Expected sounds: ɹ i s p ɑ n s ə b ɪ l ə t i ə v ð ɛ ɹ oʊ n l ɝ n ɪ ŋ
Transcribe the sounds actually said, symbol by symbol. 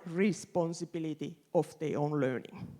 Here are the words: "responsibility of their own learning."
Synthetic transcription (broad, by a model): ɹ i s p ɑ n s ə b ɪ l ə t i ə f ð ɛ oʊ n l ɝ n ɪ ŋ